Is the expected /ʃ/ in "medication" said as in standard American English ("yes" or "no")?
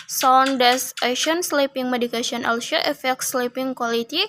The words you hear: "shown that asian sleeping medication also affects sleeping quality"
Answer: no